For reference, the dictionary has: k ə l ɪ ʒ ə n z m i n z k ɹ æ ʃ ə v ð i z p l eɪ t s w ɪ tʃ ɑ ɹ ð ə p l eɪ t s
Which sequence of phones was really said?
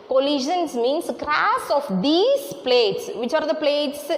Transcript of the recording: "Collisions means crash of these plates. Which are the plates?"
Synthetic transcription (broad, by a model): k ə l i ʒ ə n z m i n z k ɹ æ s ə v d i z p l eɪ t s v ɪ tʃ ɑ ɹ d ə p l eɪ t s